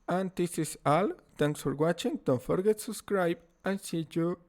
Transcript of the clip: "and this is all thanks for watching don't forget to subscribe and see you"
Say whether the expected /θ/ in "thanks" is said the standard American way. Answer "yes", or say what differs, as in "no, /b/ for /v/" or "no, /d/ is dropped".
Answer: no, /t/ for /θ/